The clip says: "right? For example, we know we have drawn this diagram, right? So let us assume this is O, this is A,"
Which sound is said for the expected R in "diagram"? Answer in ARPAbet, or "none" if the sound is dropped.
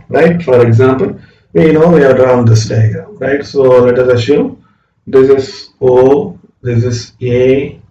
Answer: none